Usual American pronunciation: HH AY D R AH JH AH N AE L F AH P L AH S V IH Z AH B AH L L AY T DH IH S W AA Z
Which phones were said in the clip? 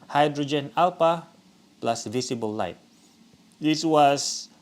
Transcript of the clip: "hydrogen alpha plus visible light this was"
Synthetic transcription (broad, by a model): HH AY D R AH JH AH N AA L P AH P L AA S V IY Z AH B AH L L AY T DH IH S W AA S